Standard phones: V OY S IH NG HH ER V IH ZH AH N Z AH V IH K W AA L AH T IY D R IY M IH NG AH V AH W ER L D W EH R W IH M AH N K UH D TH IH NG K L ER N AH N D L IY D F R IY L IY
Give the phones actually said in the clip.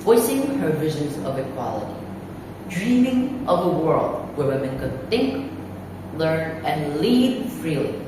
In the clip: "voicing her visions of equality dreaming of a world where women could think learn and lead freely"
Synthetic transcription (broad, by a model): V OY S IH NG HH ER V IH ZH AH N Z AH V IH K W AA L AH T IY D R IY M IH NG AH V AH W ER L D W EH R W IH M AH N K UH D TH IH NG K L ER N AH N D L IY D F R IY L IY